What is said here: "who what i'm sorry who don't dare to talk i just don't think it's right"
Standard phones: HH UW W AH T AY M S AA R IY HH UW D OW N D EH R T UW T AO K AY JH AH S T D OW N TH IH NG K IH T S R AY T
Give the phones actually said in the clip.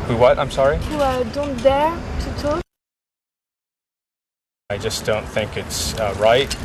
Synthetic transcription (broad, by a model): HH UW W AH T AY M S AA R IY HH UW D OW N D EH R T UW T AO AY JH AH S D OW N TH IH NG K IH T S R AY T